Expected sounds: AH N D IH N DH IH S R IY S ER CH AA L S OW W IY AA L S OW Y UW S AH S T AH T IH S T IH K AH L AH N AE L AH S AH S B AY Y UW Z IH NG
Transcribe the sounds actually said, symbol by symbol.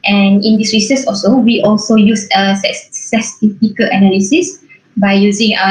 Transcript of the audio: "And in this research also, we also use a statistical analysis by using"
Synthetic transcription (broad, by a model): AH N IH N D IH S R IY S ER S AA L S OW W IY AA L S OW Y UW S AH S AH S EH S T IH K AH L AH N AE L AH S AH S B AY Y UW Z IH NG